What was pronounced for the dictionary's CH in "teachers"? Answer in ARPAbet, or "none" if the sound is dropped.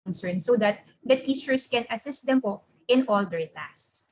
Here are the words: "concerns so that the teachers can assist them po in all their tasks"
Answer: S